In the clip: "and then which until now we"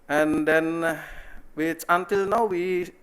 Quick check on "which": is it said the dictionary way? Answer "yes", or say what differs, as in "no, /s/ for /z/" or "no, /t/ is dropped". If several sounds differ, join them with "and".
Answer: no, /s/ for /tʃ/